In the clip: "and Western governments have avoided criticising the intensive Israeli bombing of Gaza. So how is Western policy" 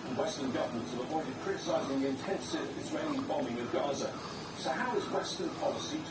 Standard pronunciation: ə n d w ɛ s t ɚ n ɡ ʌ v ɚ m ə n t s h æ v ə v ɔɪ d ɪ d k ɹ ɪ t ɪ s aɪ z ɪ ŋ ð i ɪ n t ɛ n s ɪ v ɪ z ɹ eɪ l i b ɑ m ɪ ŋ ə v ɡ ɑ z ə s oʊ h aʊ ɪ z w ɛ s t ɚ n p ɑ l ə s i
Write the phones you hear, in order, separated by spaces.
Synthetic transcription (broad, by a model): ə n w ɛ s t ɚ n ɡ ʌ v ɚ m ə n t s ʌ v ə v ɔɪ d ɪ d k ɹ ɪ t ɪ s aɪ z ɪ ŋ ð i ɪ n t ɛ n s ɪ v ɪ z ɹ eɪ n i b ɑ m ɪ ŋ ə v ɡ ɑ z ə s oʊ h aʊ ɪ z w ɛ s t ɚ n p ɑ l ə s i